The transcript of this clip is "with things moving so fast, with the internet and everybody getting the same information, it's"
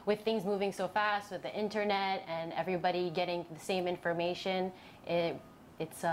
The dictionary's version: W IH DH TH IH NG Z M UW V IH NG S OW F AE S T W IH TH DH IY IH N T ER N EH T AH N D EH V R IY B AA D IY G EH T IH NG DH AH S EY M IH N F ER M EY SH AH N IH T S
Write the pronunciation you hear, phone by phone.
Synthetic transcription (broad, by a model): W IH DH TH IH NG Z M UW V IH NG S OW F AE S T W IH DH IY IH N T ER N EH T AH N EH V R IY B AA D IY G EH T IH NG DH AH S EY M IH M F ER M EY SH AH N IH T S